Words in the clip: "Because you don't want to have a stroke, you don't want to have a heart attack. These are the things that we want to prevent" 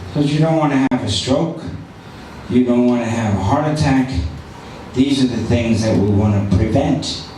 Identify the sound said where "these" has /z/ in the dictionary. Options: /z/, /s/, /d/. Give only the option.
/z/